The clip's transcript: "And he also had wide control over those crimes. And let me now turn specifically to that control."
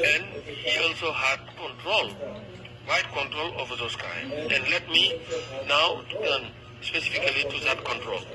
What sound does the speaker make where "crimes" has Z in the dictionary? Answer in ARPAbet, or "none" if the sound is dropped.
none